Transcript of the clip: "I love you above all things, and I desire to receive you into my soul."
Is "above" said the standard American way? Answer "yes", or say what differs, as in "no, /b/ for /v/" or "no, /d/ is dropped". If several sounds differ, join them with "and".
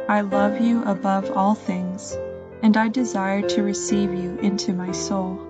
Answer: yes